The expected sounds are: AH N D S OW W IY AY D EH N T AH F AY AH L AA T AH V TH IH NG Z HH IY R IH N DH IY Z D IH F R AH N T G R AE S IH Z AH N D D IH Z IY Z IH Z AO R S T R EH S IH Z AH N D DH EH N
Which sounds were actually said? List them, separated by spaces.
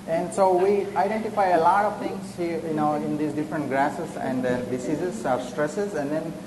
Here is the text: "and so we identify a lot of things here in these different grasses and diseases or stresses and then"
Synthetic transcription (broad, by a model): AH N D S OW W IY AY D EH N T AH F AY AH L AA T AH V T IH NG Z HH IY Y IH N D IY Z D IH F R AH N T G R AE S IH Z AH N D D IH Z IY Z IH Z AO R S T R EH S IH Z AH N D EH N